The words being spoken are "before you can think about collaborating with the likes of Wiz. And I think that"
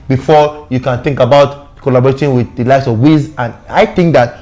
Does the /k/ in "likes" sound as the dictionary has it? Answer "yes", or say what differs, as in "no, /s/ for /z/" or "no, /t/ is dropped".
no, /k/ is dropped